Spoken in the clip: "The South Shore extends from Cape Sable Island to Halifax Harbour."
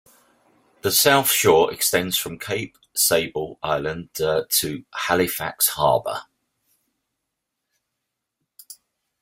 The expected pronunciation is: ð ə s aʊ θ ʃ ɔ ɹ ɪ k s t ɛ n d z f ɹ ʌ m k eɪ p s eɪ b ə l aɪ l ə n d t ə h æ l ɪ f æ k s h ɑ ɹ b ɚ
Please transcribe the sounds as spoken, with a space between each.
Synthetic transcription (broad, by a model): ð ə s aʊ θ ʃ ɔ ɹ ɪ k s t ɛ n d z f ɹ ʌ m k eɪ p s eɪ b ə l aɪ l ə n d t ə h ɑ l ɪ f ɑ k s h ɑ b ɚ